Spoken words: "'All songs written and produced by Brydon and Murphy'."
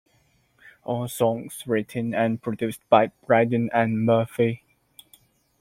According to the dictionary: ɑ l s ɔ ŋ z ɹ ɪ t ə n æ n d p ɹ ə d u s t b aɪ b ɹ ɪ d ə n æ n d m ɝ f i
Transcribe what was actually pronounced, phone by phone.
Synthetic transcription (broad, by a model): ɑ l s ɔ ŋ s ɹ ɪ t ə n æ n p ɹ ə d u s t b aɪ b ɹ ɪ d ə n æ n m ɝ f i